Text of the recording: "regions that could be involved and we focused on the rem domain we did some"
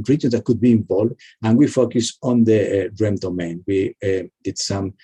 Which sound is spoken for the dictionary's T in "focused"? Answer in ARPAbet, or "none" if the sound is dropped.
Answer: none